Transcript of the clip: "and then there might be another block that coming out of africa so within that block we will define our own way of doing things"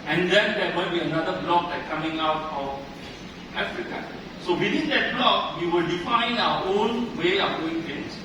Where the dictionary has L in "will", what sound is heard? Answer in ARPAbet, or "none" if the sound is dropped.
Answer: L